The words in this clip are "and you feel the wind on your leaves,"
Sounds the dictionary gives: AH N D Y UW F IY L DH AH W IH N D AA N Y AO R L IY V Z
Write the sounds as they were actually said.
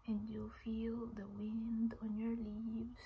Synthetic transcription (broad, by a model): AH N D Y UW F IY L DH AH W IH N D AA N Y AO R L IY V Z